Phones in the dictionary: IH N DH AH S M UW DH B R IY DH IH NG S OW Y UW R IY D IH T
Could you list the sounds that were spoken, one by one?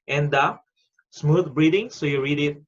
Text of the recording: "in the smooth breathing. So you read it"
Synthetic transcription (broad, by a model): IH N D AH S M UW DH B R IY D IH NG S OW Y UW R IY D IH T